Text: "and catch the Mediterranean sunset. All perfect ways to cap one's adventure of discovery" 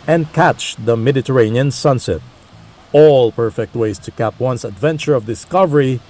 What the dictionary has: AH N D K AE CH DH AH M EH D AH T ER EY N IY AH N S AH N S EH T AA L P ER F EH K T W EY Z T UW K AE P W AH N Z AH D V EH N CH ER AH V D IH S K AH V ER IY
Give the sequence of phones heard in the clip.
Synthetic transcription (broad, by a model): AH N D K AE CH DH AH M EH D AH T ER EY N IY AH N S AH N S EH T AA L P ER F EH K T W EY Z T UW K AE P W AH N S AH D V EH N CH ER AH V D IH S K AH V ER IY